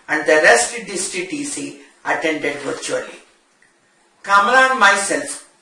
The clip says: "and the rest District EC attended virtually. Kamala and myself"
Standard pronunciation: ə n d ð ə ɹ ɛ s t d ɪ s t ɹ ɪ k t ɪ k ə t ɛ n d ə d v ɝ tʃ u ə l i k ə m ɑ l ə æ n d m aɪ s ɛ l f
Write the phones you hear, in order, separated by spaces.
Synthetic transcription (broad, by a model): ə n d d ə ɹ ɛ s t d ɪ s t ɪ t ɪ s ə t ɛ n d ə d v ɝ tʃ u ə l i k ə m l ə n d m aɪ s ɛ l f